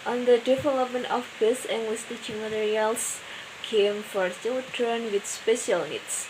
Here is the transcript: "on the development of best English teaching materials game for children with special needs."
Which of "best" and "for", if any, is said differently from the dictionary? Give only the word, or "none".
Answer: best